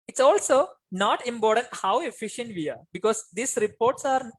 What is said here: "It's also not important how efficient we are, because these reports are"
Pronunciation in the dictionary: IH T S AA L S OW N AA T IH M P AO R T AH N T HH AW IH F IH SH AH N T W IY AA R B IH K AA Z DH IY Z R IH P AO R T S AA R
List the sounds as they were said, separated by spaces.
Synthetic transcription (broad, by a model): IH T S AA L S OW N AA T IH M P AO R T AH N T HH AW IH F IH SH AH N T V IY AA R B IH K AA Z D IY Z R IH P AO R T S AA R